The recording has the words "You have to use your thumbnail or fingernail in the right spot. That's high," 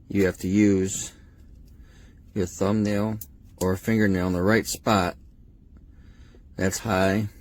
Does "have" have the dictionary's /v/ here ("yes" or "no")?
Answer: no